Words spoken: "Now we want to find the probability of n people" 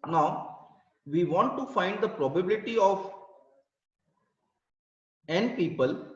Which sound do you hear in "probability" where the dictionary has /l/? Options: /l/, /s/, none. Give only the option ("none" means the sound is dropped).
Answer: /l/